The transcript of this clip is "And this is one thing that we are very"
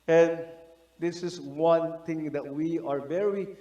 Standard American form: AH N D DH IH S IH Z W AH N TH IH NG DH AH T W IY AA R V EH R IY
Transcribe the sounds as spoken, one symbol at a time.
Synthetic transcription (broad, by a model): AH N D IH S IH S W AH N T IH NG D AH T W IY AA R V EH R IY